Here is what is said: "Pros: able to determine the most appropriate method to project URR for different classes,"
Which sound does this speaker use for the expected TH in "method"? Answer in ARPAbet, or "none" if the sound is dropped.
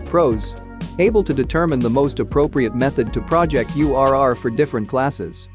TH